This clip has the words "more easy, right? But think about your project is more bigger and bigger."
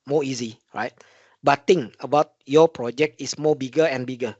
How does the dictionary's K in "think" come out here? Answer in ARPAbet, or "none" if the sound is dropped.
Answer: none